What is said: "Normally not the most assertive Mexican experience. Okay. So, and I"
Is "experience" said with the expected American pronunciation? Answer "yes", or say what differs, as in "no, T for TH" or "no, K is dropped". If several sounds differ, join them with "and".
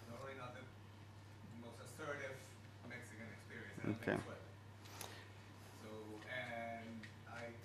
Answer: yes